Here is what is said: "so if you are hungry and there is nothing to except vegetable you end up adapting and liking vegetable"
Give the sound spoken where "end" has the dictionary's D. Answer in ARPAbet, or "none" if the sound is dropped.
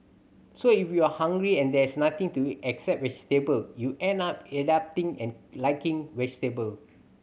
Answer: none